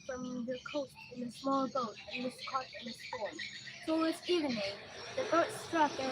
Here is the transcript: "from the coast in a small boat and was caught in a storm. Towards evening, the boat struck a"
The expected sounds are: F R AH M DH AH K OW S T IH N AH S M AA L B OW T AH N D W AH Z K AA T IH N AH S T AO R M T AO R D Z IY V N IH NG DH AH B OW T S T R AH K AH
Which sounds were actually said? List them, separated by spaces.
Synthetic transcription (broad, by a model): F R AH M DH AH K OW S T IH N AH S M AA L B OW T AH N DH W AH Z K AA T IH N AH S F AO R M S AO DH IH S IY V N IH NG DH AH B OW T S T R AH K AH